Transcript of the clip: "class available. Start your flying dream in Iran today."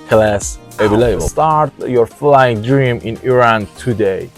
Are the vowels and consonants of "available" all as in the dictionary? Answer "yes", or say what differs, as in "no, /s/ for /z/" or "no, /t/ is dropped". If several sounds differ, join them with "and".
no, /b/ is dropped